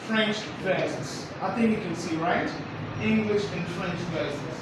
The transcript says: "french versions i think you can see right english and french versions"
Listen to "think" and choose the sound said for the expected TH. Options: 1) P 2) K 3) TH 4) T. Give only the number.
3